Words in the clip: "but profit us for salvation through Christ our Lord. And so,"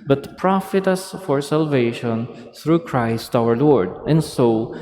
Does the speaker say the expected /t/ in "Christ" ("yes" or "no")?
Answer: yes